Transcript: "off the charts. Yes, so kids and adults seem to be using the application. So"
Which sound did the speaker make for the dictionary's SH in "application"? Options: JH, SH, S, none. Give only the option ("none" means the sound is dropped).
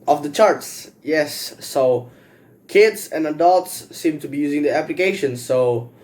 SH